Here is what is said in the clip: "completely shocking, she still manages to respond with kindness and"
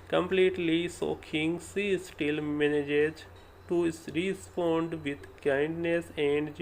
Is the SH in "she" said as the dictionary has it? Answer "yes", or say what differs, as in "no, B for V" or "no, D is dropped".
no, S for SH